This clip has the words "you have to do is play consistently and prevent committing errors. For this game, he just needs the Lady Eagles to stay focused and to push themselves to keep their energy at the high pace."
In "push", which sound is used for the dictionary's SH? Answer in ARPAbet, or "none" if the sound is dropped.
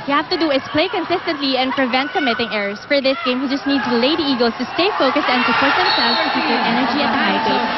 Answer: S